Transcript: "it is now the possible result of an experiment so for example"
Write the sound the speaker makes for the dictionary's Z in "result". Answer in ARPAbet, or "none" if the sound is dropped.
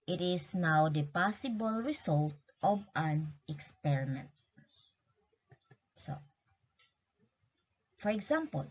S